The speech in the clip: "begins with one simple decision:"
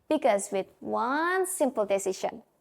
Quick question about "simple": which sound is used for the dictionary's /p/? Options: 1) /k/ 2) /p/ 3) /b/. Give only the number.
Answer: 2